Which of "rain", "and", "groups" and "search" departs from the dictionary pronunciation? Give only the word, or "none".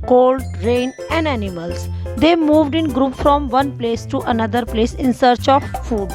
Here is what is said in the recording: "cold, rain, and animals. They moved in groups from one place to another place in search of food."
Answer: groups